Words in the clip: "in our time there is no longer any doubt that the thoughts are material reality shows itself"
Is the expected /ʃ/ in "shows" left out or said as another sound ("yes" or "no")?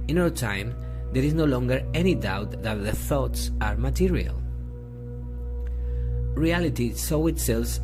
yes